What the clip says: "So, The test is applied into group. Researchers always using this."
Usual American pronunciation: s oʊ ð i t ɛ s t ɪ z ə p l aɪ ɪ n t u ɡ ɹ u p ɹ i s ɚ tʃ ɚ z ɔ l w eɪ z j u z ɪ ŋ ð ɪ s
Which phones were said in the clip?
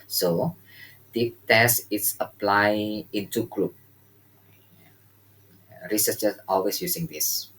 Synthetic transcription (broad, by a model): s oʊ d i t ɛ s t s ə p l aɪ ɪ n t u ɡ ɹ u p ɹ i s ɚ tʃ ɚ s ɔ l w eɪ s j u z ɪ ŋ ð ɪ s